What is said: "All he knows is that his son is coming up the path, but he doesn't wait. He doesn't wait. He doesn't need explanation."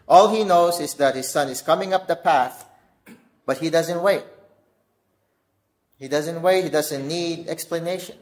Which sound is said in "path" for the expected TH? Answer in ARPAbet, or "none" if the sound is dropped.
TH